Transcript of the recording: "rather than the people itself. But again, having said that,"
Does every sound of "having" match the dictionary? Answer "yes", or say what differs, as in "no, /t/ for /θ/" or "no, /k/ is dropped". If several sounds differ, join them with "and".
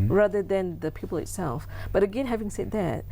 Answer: yes